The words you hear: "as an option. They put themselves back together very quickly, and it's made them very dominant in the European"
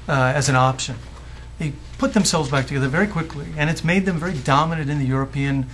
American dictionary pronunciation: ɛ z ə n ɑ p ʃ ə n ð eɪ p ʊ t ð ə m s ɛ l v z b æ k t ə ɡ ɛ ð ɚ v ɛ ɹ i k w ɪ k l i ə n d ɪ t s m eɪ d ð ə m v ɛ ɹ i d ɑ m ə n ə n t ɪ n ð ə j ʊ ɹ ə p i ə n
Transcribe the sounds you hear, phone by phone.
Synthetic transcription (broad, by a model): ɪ z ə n ɑ p ʃ ə n ð eɪ p ʊ t ð ə m s ɛ l v z b æ k t ə ɡ ɛ ð ɚ v ɛ ɹ i k w ɪ k l i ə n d ɪ t s m eɪ d ð ə m v ɛ ɹ i d ɑ m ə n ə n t ɪ n ð ə j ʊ ɹ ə p i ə n